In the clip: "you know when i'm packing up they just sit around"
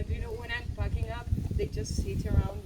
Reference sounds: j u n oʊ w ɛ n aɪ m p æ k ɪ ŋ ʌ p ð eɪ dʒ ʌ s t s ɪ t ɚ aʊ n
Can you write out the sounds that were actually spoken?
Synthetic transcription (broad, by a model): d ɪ n oʊ w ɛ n aɪ m f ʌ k ɪ ŋ ʌ p ð eɪ dʒ ʌ s t s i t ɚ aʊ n